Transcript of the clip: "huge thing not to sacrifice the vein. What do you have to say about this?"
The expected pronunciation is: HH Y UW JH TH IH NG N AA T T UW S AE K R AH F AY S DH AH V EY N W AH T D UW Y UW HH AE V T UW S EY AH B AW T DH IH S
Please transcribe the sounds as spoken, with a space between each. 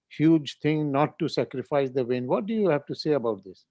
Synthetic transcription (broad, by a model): HH Y UW JH T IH NG N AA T T UW S AE K R AH F AY S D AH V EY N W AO T D UW Y UW HH AE V T UW S EY AH B AW T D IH S